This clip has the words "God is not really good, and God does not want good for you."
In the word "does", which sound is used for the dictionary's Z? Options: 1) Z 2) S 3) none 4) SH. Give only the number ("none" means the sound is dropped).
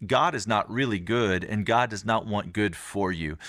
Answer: 1